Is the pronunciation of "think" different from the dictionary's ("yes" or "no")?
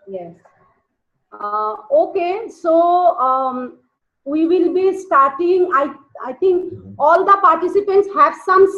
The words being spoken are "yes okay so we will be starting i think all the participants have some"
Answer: yes